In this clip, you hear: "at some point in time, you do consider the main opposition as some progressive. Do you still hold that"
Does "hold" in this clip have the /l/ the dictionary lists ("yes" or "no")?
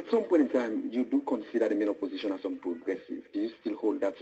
yes